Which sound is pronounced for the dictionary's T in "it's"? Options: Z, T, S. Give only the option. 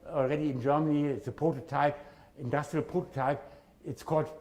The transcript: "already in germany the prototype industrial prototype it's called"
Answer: T